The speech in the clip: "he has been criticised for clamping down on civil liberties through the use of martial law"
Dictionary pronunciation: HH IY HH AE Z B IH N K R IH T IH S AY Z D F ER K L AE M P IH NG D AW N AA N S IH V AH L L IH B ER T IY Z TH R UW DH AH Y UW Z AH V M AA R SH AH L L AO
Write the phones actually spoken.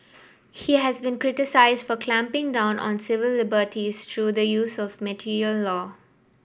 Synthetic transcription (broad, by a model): HH IY HH AE Z B IH N K R IH T IH S AY Z D F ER K L AE M P IH NG D AW N AA N S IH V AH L L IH B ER T IY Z T R UW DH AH Y UW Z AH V M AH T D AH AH L AO